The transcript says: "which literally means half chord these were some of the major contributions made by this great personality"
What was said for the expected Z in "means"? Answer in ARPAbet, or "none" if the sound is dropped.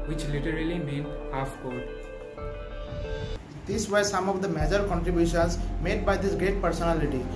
none